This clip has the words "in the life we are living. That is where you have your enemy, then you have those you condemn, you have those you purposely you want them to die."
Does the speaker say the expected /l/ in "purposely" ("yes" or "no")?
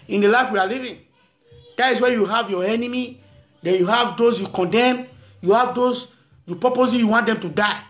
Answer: no